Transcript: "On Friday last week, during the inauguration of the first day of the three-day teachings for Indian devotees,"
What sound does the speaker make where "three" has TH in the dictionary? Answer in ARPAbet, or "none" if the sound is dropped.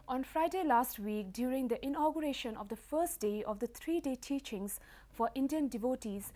T